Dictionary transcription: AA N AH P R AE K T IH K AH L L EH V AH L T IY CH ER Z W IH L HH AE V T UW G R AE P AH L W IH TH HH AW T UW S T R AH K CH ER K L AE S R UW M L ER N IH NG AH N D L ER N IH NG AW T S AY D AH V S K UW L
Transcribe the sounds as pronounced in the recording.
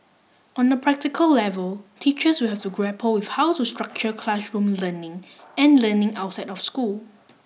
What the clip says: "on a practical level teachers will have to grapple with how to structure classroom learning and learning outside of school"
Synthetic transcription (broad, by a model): AA N AH P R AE K T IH K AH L L EH V AH L T IY CH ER S W IH L HH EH F T UW G R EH P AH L W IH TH HH AW T UW S T R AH K CH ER K L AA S R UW M L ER N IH NG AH N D L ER N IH NG AW T S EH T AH F S K UW L